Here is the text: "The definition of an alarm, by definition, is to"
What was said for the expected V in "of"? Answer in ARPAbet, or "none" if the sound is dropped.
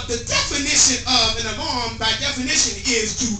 V